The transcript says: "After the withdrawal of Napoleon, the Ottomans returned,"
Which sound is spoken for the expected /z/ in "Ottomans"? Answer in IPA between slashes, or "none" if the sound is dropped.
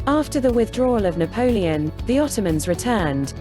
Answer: /z/